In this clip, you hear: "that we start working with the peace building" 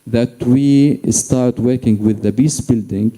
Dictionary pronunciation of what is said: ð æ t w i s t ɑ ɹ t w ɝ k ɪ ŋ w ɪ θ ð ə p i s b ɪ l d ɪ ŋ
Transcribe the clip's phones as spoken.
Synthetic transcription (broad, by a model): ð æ t w i s t ɑ ɹ t w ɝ k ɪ ŋ w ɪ ð ə b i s b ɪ l d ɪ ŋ